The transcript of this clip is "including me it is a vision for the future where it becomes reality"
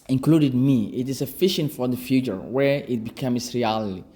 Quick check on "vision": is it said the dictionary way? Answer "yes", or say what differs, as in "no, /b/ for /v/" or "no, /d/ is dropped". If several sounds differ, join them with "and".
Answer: no, /f/ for /v/ and /ʃ/ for /ʒ/